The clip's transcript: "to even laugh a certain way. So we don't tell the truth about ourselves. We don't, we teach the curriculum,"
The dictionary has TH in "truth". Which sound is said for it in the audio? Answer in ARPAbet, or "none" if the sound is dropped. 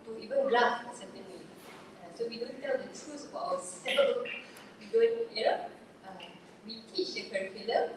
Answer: S